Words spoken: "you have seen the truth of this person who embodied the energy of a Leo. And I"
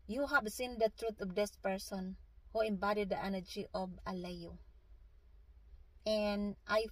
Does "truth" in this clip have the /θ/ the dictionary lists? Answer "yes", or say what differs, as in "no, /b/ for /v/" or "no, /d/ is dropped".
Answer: no, /t/ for /θ/